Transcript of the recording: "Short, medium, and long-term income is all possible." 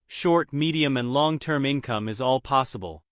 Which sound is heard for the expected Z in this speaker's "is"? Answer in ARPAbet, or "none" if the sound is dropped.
Z